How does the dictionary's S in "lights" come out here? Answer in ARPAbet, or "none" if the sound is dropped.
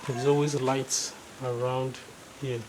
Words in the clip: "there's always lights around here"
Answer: S